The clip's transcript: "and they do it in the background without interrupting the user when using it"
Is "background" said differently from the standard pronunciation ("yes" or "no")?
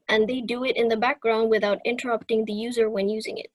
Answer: no